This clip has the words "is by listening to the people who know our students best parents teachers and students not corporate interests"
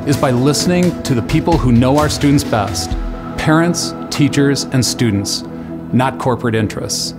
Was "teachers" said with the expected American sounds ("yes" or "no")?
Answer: yes